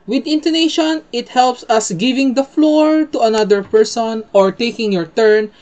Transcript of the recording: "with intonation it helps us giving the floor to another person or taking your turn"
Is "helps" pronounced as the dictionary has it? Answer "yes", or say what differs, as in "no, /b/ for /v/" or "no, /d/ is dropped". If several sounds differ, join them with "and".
yes